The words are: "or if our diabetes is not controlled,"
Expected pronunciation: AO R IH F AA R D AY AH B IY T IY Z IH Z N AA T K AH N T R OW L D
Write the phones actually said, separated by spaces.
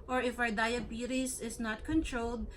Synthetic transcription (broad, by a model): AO R IH F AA W D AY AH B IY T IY S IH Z N AA T K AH N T R OW L D